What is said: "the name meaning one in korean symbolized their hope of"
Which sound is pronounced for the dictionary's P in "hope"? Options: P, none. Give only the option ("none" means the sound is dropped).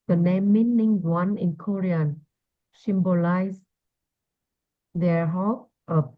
none